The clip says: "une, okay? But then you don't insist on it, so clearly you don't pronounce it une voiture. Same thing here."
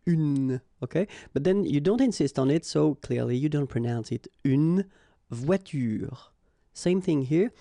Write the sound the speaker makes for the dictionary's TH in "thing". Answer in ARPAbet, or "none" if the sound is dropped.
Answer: TH